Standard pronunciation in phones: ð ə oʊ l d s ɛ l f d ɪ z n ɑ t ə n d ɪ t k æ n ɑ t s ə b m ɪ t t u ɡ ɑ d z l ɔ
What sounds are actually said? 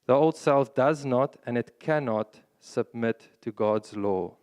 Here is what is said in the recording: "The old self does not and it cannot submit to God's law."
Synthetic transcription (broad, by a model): ð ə oʊ l d s ɛ l f d ɪ z n ɑ t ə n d ɪ t k æ n ɑ t s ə b m ɪ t t u ɡ ɑ d z l ɔ